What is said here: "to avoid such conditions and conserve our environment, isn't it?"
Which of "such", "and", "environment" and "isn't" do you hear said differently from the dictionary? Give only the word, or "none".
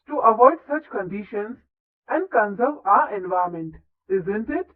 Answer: environment